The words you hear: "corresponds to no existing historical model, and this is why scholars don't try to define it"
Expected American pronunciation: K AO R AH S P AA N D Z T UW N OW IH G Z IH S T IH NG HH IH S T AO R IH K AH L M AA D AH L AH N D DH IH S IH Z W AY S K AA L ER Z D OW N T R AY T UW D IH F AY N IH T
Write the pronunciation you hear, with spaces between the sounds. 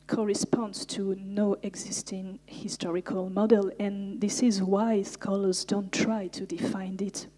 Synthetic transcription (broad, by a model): K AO R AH S P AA N D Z T UW N OW IH G Z IH S T IH NG HH IH S T AO R IH K AH L M AA D AH L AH N DH IH S IH Z W AY S K AA L ER Z D OW N T R AY T UW D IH F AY N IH T